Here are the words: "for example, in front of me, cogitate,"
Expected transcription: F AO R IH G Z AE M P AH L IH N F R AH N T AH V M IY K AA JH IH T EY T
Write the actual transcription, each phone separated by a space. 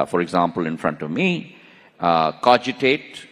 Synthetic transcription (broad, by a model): F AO R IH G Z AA M P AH L IH N F R AH N T AH V M IY K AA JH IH T EY T